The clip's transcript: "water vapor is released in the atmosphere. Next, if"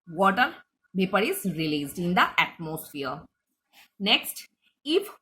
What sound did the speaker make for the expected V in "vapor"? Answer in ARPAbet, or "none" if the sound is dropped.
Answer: B